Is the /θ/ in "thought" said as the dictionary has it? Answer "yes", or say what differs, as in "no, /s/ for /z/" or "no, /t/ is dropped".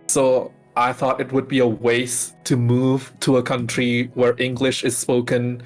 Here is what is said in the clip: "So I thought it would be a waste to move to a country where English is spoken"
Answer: yes